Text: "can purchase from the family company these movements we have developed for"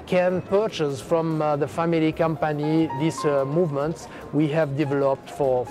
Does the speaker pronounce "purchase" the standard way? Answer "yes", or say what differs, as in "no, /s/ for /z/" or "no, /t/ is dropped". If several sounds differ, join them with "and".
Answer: yes